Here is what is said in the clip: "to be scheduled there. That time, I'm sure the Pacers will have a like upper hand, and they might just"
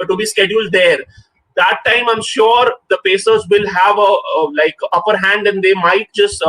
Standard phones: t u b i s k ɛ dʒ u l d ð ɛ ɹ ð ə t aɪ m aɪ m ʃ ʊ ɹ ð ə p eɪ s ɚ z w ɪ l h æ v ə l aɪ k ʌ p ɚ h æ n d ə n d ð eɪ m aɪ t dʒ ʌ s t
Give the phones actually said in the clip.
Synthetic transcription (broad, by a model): t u b i s k ɛ dʒ u l d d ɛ ɹ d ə t aɪ m aɪ m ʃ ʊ ɹ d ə p eɪ s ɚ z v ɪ l h æ v ə l aɪ k ʌ p ɚ h æ n d ə n d eɪ m aɪ t dʒ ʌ s t